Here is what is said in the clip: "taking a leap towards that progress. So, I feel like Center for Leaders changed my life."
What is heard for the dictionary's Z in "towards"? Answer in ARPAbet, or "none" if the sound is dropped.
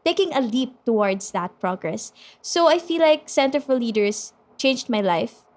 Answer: S